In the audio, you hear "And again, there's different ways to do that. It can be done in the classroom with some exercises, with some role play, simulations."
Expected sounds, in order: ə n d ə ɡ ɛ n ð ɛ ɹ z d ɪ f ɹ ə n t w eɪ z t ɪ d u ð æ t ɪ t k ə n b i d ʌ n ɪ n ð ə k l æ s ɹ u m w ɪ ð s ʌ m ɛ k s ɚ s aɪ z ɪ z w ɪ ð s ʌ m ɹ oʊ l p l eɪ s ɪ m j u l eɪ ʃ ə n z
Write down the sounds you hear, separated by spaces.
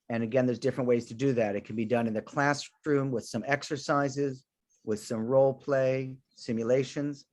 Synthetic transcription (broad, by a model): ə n ə ɡ ɛ n ð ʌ ɹ z d ɪ f ɹ ə n t w eɪ z t ɪ d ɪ ð æ t ɪ t k n b i d ʌ n ɪ n ð ə k l æ s ɹ u m w ɪ ð s ʌ m ɛ k s ɚ s aɪ z ɪ z w ɪ ð s ʌ m ɹ oʊ l p l eɪ s ɪ m j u l eɪ ʃ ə n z